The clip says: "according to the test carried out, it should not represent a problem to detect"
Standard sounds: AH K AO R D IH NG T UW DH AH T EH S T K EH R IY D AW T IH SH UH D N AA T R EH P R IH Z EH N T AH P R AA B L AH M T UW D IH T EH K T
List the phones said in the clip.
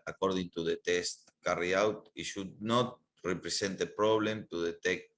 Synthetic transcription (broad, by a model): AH K AO R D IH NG T UW DH AH T EH S T K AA R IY AW T IH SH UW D N AA T R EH P R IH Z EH N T AH P R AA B L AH M T UW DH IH T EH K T